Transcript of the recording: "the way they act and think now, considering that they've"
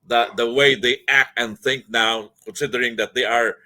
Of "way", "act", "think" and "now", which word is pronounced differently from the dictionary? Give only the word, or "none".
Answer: none